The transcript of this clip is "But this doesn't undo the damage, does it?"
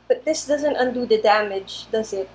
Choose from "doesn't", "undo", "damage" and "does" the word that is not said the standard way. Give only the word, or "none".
none